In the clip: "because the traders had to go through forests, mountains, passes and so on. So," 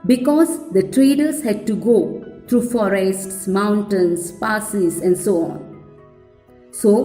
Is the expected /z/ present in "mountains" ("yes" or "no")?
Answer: no